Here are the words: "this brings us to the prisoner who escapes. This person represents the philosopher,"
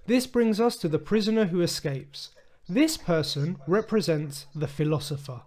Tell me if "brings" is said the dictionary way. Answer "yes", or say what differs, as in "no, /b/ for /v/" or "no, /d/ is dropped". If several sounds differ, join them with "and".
yes